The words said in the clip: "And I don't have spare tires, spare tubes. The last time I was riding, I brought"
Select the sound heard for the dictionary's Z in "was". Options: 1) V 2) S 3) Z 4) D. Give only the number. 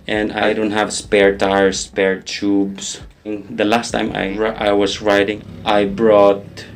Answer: 2